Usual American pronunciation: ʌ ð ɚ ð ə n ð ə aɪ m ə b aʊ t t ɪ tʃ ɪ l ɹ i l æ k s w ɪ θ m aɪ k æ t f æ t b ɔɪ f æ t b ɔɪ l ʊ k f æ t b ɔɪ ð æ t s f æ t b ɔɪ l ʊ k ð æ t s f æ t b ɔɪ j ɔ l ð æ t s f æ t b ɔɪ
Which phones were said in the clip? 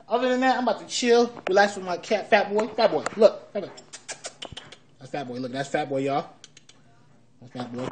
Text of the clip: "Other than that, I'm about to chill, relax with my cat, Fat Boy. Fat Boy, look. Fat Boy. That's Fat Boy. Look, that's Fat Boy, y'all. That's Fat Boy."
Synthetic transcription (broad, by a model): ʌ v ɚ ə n ð ə aɪ m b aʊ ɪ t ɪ tʃ ɪ l w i l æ s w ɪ m aɪ k æ t f æ t b ɔɪ f æ t b ɔɪ l ʊ k f æ t b ɔɪ ð æ t s f æ t b ɔɪ l ʊ k ð æ t s f æ t b ɔɪ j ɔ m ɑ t f æ t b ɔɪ